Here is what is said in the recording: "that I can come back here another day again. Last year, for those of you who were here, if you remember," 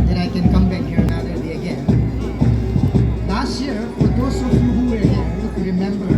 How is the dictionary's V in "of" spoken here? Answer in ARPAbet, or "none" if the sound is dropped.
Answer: F